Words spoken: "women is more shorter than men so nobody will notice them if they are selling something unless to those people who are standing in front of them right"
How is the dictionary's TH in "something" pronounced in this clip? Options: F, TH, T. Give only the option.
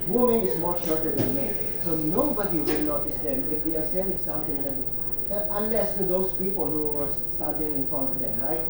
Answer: T